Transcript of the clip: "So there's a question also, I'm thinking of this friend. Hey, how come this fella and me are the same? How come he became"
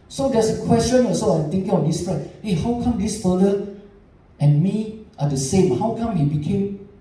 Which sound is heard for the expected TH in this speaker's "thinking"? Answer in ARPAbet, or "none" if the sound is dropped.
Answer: T